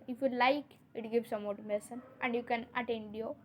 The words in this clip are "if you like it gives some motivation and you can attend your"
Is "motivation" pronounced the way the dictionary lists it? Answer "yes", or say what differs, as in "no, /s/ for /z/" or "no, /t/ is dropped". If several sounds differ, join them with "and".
no, /s/ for /ʃ/